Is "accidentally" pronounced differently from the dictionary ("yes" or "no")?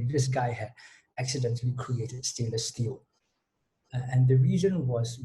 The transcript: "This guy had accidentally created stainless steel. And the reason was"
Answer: no